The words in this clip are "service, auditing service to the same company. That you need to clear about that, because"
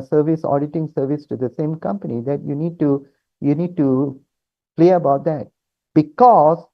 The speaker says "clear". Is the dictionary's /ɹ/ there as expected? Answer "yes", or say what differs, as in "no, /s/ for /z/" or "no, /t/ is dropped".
no, /l/ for /ɹ/